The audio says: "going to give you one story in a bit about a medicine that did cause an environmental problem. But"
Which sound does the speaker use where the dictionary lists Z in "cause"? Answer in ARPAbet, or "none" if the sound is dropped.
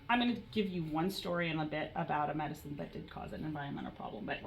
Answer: Z